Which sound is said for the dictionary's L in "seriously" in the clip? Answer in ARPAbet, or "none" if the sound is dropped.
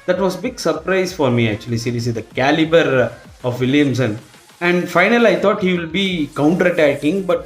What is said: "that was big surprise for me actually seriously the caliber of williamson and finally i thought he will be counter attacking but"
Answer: none